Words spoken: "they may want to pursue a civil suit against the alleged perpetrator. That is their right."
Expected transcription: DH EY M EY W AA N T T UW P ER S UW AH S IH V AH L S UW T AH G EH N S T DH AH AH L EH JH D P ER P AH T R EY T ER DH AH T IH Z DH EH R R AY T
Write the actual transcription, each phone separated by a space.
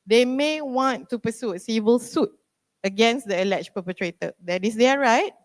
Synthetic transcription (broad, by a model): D EY M EY W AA N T T UW P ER S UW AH S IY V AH L S UW T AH G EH N S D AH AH L EH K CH P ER P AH T R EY T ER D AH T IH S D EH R R AY T